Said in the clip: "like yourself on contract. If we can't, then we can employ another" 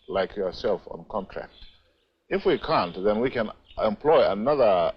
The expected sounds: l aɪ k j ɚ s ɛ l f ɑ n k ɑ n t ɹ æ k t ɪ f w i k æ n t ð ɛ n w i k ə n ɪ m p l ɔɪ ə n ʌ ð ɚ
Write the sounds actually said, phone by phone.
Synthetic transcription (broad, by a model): l aɪ k j ɚ s ɛ l f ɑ n k ɑ n t ɹ æ k t ɪ f w i k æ n t ð ɛ n w i k ə n ɪ m p l ɔɪ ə n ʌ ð ɚ